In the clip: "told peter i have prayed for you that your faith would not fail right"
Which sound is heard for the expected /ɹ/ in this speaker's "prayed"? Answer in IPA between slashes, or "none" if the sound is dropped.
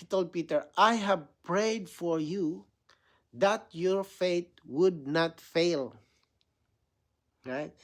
/ɹ/